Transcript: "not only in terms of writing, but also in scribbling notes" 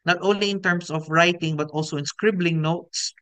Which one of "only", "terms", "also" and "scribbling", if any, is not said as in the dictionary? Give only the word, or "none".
terms